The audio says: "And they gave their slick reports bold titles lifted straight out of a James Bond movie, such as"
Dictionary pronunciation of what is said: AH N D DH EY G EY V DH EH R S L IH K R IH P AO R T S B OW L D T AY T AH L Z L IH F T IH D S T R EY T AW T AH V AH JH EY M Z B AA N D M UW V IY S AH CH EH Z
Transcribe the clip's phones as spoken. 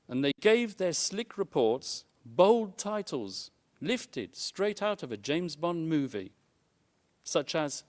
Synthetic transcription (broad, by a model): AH N DH EY G EY V DH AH R S L IH K R IH P AO R T S B OW L D T AY T L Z L IH F T IH D S T R EY T AW T AH V AH JH EY M Z B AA N M UW V IY S AH CH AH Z